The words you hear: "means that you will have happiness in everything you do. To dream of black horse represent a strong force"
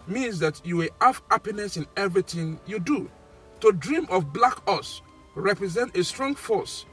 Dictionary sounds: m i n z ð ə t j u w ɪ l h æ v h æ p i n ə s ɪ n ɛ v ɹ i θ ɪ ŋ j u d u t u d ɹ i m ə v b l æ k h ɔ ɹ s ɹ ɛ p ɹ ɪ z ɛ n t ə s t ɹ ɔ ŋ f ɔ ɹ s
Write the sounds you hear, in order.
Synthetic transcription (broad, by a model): m i n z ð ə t j u w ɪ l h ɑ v h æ p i n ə s ɪ n ɛ v ɹ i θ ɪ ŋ j u d u t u d ɹ i m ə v b l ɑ k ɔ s ɹ ɛ p ɹ ɪ z ɛ n t ə s t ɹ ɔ ŋ f ɔ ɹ s